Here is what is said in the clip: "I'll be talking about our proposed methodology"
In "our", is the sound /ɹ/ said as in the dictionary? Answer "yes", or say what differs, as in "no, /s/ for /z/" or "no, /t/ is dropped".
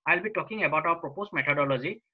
no, /w/ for /ɹ/